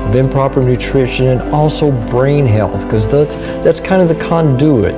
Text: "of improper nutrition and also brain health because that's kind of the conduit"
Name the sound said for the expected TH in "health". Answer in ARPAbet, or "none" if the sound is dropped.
TH